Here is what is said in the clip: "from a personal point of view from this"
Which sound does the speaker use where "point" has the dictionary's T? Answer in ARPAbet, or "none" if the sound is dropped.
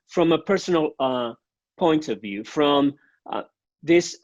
T